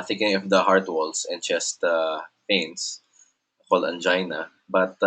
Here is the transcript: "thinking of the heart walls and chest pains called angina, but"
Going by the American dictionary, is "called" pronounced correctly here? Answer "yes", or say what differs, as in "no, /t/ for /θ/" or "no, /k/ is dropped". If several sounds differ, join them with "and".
no, /d/ is dropped